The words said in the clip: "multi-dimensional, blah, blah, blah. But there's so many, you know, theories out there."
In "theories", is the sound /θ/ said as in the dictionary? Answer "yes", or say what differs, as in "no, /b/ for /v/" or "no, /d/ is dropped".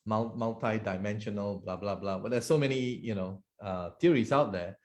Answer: no, /t/ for /θ/